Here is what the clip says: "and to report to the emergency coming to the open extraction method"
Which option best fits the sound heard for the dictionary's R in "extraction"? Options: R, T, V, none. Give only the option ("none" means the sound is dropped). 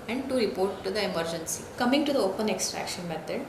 R